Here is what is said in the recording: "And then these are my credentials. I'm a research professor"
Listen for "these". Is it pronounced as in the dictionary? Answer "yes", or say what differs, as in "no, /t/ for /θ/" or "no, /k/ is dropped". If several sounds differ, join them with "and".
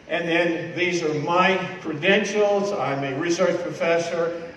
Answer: yes